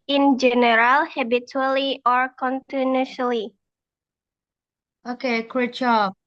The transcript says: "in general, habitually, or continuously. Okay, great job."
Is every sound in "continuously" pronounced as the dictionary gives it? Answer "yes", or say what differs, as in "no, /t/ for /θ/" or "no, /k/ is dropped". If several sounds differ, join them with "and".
no, /s/ is dropped